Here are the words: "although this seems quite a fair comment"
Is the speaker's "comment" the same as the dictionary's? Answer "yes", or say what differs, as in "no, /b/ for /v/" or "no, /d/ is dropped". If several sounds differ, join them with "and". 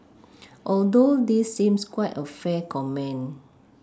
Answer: no, /t/ is dropped